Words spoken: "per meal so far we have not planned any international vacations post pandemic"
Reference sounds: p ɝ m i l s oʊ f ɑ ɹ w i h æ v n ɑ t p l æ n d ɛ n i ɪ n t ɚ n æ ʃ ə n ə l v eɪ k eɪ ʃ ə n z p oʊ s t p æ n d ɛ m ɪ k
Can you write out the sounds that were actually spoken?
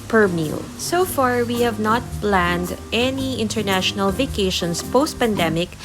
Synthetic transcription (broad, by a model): p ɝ m i l s oʊ f ɑ ɹ w i h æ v n ɑ t p l æ n d ɛ n i ɪ n t ɚ n æ ʃ ə n ə l v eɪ k eɪ ʃ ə n s p oʊ s t p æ n d ɛ m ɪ k